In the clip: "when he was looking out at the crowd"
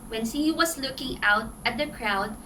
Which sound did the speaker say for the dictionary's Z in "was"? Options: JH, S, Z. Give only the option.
S